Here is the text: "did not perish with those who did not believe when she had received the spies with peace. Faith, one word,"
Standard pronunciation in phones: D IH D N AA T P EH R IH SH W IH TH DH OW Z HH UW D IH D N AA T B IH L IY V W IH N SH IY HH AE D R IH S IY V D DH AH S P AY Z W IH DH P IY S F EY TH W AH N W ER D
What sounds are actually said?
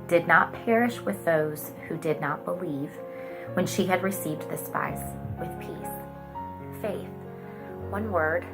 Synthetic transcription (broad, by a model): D IH D N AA T P EH R IH SH W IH DH OW Z HH UW D IH D N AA T B IH L IY V W IH N SH IY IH D R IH S IY V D DH AH S P AY S W IH DH P IY S F EY TH W AH N W ER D